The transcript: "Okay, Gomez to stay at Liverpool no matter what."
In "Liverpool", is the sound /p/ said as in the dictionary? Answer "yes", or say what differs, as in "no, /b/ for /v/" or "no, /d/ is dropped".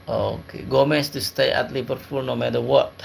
no, /f/ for /p/